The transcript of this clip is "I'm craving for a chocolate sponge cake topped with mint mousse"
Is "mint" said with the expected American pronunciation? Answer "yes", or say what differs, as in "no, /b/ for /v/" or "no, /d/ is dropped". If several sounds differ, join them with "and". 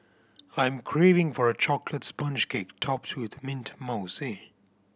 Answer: yes